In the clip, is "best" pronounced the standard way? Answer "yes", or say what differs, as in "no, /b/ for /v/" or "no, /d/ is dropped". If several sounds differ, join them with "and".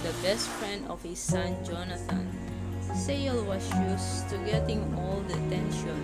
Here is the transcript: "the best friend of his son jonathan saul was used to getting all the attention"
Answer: yes